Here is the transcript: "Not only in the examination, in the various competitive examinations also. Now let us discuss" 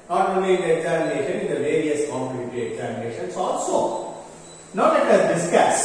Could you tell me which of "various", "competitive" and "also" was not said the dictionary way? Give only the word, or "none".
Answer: competitive